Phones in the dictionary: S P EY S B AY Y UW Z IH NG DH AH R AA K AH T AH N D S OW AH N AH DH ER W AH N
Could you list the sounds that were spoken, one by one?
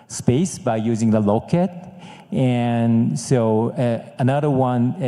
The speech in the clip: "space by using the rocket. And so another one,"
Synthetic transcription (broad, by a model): S P EY S B AY Y UW Z IH NG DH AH L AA K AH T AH N S OW AH N AH DH ER W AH N